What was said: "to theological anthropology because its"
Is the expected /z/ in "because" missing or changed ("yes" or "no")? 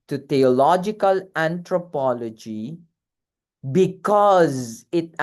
no